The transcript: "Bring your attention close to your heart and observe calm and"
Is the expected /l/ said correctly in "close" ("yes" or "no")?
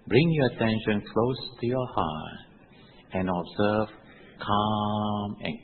yes